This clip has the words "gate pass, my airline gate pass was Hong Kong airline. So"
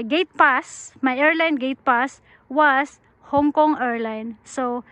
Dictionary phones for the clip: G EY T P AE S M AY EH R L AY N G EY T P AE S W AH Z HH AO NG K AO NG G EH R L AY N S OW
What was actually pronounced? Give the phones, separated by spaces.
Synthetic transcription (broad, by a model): G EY T P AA S M AY EH R L AY N G EY T P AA S W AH S HH AO NG K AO NG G EH R L AY N S OW